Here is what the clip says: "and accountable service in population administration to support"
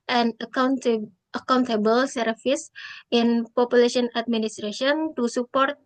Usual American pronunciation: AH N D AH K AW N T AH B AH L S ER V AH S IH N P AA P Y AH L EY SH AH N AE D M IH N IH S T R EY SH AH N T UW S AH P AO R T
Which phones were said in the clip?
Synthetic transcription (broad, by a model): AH N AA AH K AW N T AH B AH L S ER F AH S IH N P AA P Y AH L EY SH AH N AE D M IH N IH S T R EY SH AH N T UW S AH P AO R T